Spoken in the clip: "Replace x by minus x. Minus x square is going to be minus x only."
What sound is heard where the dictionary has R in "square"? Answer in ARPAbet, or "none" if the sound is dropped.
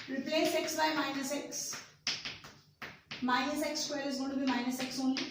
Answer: L